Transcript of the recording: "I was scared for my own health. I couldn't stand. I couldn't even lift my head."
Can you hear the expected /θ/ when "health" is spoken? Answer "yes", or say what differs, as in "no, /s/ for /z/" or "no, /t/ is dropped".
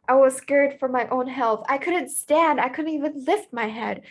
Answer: yes